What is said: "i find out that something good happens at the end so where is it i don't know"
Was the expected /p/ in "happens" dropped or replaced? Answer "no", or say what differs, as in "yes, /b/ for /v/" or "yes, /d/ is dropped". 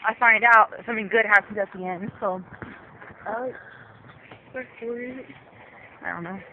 yes, /p/ is dropped